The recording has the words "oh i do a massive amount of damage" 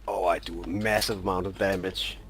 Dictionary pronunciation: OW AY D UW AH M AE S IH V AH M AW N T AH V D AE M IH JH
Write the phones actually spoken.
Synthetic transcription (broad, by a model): OW AY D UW AH M AE S IH V AH M AW N T AH V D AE M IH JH